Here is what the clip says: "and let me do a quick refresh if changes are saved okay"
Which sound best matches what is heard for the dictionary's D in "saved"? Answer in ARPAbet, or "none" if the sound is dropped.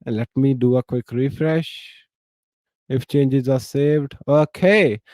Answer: D